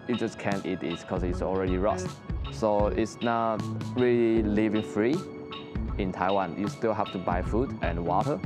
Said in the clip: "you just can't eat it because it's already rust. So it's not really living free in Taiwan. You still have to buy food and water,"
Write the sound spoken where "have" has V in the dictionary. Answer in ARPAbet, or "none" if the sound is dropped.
F